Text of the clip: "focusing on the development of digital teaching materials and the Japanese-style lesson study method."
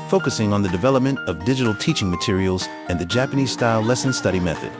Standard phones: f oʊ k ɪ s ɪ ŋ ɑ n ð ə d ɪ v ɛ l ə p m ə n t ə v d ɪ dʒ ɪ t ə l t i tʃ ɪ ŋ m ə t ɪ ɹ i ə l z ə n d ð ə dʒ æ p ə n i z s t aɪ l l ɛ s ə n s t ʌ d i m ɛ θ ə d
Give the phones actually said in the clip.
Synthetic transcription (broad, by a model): f oʊ k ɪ s ɪ ŋ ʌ n ð ə d ɪ v ɛ l ə p m ə n t ə v d ɪ dʒ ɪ t l t i tʃ ɪ ŋ m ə t ɪ ɹ i l z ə n ð ə dʒ æ p ə n i z s t aɪ l l ɛ s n s t ʌ d i m ɛ θ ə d